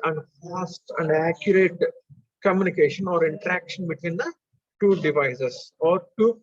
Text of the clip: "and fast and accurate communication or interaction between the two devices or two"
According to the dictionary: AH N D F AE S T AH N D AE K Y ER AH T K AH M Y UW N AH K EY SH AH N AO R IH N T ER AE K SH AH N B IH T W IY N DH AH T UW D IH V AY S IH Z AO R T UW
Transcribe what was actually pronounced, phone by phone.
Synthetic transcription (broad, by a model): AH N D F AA S T AH N D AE K Y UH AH T K AH M Y UW N AH K EY SH AH N AO R IH N T ER AE K SH AH N B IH T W IY N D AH T UW D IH V AY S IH S AO R T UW